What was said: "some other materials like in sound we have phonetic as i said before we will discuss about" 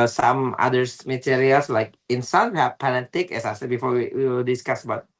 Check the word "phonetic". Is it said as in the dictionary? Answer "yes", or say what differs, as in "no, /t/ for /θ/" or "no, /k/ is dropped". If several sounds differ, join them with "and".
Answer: no, /p/ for /f/